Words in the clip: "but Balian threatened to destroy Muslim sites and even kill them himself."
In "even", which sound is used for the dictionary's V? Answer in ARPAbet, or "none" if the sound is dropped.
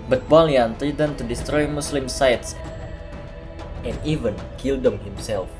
V